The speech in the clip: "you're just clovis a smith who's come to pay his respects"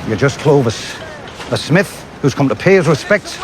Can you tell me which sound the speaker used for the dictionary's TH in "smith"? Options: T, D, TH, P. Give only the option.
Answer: TH